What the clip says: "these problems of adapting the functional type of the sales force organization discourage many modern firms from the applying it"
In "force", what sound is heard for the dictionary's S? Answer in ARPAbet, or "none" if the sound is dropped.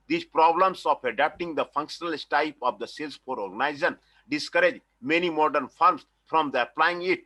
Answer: none